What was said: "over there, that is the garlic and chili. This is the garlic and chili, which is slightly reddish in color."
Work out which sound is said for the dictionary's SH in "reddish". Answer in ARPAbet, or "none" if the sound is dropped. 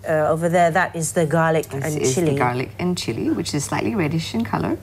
SH